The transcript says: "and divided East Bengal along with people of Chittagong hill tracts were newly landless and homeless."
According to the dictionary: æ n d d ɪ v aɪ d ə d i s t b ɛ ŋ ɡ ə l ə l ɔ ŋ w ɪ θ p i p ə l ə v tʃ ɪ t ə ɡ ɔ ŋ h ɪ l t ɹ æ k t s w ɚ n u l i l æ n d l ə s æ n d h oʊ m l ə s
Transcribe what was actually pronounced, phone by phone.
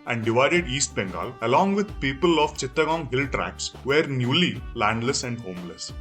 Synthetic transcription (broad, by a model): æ n d d ɪ v aɪ d ə d i s t b ɛ ŋ ɡ ə l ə l ɔ ŋ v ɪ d p i p ə l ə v tʃ ɪ t ə ɡ ɔ ŋ h ɪ l t ɹ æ k s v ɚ n u l i l æ n d l ə s æ n d h oʊ m l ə s